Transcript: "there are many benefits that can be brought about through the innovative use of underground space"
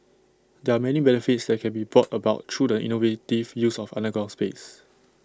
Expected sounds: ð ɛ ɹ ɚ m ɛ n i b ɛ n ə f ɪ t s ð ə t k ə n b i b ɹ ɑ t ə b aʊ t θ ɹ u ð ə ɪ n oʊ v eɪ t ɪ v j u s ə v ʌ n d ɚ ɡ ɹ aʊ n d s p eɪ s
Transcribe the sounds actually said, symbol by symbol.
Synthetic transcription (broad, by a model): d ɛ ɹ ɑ m ɛ n i b ɛ n ə f ɪ t s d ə t k ə n b i b ɹ ɑ t ə b aʊ t ɹ u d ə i n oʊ v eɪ t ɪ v j u s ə f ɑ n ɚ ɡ aʊ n s p eɪ s